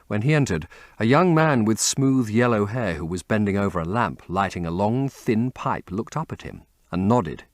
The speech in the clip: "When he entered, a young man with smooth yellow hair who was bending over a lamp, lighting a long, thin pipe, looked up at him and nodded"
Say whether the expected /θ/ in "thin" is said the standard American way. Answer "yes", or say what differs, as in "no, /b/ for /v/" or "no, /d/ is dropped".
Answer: yes